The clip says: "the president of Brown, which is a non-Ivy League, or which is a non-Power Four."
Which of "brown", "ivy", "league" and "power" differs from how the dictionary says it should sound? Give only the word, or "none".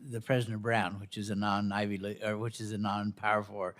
league